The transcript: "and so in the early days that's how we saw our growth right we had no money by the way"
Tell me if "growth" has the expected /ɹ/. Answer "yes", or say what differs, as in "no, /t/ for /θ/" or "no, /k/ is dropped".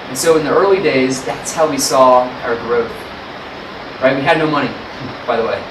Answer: yes